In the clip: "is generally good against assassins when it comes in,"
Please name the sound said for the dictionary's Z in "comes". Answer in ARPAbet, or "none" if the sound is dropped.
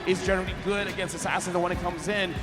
Z